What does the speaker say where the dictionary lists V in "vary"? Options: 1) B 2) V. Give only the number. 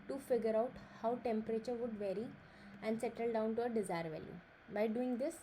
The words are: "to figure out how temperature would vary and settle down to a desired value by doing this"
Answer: 2